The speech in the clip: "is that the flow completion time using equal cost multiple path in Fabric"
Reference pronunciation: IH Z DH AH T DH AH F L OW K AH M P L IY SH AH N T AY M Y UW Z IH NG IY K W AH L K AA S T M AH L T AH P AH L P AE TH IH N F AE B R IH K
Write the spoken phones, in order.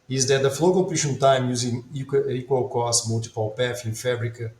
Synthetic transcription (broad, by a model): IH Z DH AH T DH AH F L OW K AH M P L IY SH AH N T AY M Y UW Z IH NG IY K W AH L K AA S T M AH L T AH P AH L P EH F IH N F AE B R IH K